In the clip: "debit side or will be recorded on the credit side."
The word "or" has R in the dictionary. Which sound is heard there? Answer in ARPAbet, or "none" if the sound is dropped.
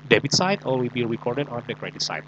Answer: L